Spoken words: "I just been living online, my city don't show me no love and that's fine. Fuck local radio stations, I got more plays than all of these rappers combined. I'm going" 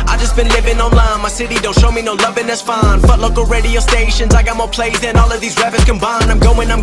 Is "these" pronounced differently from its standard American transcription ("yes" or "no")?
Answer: no